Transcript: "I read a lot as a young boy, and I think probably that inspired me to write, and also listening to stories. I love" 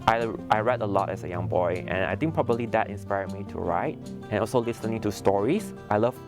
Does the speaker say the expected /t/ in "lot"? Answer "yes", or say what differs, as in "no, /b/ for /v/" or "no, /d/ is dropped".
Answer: yes